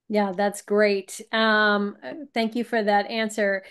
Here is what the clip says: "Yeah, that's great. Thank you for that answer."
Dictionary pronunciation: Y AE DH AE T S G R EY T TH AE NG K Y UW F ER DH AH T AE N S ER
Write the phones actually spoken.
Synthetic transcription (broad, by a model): Y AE DH AE T S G R EY T TH AE NG K Y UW F ER DH AH T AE N S ER